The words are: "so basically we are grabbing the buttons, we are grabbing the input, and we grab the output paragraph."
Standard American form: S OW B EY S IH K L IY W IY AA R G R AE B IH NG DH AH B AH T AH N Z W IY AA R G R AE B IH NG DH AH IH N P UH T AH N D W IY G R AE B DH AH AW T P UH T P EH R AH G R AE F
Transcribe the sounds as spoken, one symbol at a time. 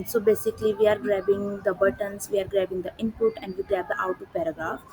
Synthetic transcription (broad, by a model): S OW B EY S IH K L IY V IY AA R G R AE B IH NG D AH B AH T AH N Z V IY AA R G R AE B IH NG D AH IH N P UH T AH N D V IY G R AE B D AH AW T UW P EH R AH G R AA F